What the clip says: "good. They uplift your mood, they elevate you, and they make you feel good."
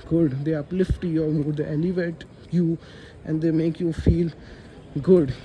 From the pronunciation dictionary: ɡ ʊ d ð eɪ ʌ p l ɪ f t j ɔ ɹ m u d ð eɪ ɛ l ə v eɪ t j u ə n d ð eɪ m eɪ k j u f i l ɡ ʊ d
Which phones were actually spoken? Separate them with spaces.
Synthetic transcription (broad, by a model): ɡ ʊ d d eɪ ʌ p l ɪ f t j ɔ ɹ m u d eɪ ɛ l ə v eɪ t j u ə n d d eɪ m eɪ k j u f i l ɡ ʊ d